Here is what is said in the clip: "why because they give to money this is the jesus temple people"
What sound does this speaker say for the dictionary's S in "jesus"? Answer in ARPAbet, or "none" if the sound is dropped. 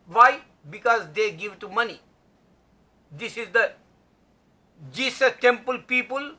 none